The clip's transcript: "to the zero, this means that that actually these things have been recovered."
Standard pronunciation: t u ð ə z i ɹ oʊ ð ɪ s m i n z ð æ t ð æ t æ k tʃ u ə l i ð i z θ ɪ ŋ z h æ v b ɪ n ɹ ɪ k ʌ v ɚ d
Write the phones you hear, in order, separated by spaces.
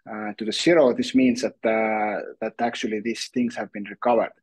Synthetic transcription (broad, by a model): t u ð ə s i ɹ oʊ ð ɪ s m i n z ð æ t ð æ t æ k tʃ u ə l i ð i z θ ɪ ŋ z h æ v b ɪ n ɹ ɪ k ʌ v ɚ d